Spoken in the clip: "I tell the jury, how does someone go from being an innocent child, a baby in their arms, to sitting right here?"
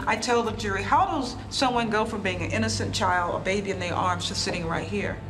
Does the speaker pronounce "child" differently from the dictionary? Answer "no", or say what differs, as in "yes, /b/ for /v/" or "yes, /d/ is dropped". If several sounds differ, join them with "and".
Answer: no